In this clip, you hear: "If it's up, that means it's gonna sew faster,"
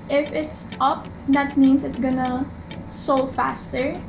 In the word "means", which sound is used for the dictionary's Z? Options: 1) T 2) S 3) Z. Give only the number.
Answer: 2